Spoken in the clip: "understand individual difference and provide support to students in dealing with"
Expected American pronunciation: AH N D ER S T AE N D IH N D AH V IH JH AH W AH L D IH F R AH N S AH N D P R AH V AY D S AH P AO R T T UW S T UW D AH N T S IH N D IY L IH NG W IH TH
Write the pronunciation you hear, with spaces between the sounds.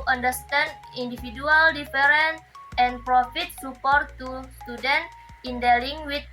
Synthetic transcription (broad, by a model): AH N D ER S T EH N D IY N D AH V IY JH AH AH L D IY F R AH N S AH N P R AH F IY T S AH P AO R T T UW S T UW D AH N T IH N D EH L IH NG W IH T